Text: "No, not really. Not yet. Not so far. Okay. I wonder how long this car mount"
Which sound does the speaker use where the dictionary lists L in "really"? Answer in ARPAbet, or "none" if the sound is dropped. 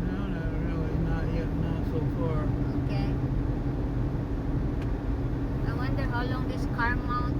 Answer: none